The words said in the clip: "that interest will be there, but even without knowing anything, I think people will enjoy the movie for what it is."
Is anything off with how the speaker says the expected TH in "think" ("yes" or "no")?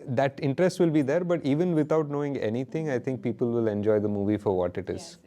yes